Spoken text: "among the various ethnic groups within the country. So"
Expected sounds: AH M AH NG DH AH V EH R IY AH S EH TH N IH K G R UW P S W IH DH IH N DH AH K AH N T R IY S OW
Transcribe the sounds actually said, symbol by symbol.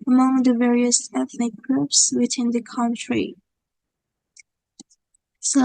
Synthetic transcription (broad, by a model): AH M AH NG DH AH V EH R IY AH S EH TH N IH K G R UW P S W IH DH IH N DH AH K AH N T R IY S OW